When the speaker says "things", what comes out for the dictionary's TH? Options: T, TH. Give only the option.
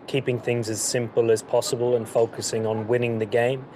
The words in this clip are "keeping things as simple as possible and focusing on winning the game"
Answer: TH